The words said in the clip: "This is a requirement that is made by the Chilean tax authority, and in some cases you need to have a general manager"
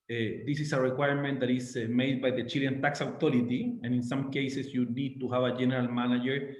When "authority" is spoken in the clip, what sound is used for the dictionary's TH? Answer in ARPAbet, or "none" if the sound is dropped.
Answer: T